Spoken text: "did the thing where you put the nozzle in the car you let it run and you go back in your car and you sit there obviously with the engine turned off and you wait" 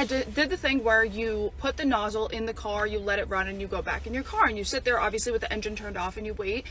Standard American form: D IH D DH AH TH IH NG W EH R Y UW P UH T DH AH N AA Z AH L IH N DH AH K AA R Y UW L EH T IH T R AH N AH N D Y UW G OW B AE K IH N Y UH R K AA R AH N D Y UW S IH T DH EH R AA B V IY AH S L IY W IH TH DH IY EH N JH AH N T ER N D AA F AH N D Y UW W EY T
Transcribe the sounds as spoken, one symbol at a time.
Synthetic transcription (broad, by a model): D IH D DH AH TH IH NG W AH R Y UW P UH T DH AH N AA Z L IH N DH AH K AA R Y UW L EH T IH T R AH N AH N Y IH G OW B AE K IH N Y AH R K AA R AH N Y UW S IH T DH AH R AA B V IY AH S L IY W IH DH IY EH N JH AH N T ER N D AA F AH N Y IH W EY T